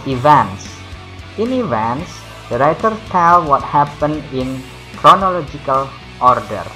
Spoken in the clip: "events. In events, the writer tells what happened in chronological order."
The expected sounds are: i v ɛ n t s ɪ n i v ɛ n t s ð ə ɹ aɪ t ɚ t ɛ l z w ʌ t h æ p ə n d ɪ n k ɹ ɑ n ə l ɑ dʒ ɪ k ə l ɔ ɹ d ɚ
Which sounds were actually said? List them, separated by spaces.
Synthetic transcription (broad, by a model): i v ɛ n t s ɪ n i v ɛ n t s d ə ɹ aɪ t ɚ t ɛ l w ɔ t h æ p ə n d ɪ n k ɹ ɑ n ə l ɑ dʒ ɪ k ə l ɔ ɹ d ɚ